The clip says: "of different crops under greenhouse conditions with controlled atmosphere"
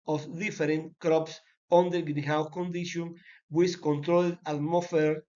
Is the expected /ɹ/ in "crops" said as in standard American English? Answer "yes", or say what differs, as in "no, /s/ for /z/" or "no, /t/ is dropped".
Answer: yes